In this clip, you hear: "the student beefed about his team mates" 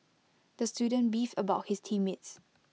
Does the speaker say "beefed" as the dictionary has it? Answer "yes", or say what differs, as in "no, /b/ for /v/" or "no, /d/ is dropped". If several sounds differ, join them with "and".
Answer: no, /t/ is dropped